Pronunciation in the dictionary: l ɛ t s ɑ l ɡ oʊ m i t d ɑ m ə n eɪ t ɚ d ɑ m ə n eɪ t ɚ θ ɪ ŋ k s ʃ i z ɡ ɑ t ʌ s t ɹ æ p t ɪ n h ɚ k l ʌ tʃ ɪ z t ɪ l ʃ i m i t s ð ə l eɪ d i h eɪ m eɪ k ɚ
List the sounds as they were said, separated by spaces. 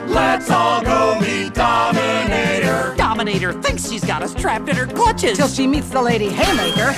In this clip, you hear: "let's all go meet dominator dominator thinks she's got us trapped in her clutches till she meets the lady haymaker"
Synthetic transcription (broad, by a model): l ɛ t s ɑ l ɡ oʊ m i d ɑ m ə n eɪ t ɚ d ɑ m ə n eɪ t ɚ θ ɪ ŋ k s ʃ i z ɡ ɑ t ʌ s t ɹ æ p t ɪ n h ɚ k l ʌ tʃ ɪ z t ɪ l ʃ i m i t s ð ə l eɪ d i h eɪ m eɪ k ɚ